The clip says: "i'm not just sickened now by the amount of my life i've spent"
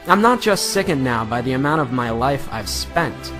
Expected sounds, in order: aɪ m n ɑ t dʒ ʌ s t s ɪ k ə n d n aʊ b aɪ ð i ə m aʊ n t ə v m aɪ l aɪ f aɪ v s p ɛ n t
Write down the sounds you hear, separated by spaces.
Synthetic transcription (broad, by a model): aɪ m n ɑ t dʒ ʌ s t s ɪ k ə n n aʊ b aɪ ð i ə m aʊ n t ə v m aɪ l aɪ f aɪ v s p ɛ n t